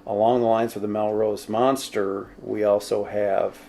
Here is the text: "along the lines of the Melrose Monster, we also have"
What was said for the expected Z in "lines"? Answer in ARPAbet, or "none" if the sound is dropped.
Z